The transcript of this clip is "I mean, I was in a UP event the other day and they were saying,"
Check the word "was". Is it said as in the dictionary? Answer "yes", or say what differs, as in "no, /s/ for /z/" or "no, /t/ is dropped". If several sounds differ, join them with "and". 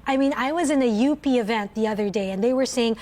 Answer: yes